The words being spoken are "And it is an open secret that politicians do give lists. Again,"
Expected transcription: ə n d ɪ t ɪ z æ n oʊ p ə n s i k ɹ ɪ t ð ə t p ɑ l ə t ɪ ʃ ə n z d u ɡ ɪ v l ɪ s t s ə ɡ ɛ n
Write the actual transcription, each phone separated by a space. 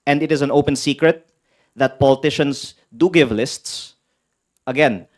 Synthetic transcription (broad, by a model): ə n d ɪ t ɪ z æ n oʊ p ə n s i k ɹ ɪ t ð ə t p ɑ l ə t ɪ ʃ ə n s d u ɡ ɪ v l ɪ s t s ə ɡ ɛ n